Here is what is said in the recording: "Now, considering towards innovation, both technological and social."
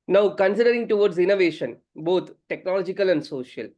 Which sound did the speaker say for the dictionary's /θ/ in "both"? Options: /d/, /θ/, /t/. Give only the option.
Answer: /t/